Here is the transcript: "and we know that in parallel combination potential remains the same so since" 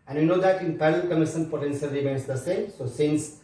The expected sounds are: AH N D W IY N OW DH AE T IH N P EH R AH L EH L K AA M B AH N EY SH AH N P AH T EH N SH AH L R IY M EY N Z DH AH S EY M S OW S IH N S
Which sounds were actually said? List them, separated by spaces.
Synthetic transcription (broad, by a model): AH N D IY N OW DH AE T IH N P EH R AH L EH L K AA M AH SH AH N P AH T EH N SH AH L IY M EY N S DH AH S EY M S OW S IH N S